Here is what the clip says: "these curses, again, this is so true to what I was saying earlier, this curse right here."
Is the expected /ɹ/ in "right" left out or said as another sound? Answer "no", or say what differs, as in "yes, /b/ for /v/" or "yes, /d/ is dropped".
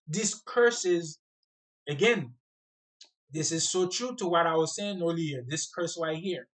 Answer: yes, /w/ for /ɹ/